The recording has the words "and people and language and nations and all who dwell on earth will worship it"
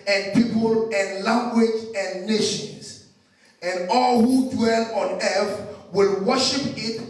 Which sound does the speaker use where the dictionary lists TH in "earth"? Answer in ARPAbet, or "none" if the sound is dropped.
F